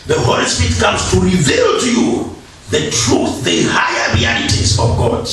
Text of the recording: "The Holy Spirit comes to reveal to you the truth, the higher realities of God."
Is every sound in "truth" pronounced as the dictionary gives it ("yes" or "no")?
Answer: yes